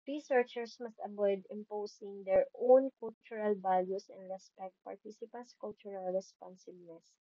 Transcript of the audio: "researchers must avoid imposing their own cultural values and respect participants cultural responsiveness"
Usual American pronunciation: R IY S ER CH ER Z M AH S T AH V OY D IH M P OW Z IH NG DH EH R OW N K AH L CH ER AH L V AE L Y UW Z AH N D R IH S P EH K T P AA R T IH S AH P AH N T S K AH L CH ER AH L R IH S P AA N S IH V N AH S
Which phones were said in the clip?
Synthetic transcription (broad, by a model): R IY S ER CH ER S M AH S T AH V OY D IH M P OW S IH NG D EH R OW N K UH L CH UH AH L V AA L Y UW S AH N D R IH S P EH K T P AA R T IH S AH P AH N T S K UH L CH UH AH L R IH S P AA N S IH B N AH S